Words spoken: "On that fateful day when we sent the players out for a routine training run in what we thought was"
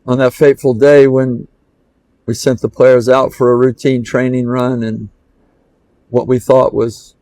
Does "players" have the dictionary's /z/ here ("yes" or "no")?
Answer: yes